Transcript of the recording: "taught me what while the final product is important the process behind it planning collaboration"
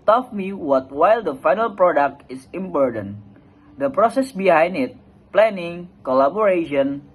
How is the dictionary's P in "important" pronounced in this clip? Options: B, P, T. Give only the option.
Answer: B